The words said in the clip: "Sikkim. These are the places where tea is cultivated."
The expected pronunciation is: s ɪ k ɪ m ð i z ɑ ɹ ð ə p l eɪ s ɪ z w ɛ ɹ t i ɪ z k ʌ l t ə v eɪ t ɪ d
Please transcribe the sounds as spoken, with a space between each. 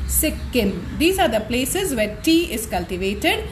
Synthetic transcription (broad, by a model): s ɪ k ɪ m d i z ɑ ɹ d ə p l eɪ s ɪ z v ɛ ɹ t i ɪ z k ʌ l t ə v eɪ t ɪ d